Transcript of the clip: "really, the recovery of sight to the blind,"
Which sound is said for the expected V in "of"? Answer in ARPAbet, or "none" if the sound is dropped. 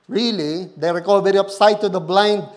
P